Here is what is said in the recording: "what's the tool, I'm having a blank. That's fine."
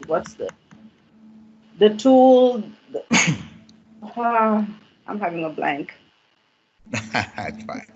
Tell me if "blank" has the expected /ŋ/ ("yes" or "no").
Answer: yes